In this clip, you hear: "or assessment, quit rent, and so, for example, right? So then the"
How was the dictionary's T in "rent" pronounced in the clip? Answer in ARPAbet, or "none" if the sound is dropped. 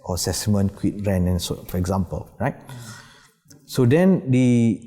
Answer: none